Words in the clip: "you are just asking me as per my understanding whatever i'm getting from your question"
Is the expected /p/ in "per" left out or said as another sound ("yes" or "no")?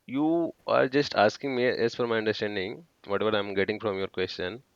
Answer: yes